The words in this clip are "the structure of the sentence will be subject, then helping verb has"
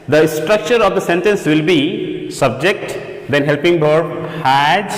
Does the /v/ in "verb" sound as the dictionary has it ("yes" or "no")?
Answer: no